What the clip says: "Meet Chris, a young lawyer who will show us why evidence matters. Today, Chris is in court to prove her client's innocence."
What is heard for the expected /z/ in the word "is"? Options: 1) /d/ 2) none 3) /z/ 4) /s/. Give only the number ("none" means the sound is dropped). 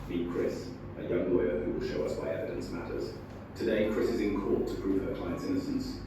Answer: 3